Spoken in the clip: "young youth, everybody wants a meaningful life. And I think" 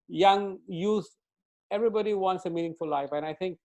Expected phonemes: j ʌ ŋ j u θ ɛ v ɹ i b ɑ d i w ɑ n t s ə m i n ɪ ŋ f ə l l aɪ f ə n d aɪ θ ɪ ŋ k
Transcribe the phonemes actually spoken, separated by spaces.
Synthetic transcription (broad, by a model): j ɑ ŋ j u s ɛ v ɹ i b ɑ d i w ɑ n t s ə m i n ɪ ŋ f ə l l aɪ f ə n aɪ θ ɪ ŋ k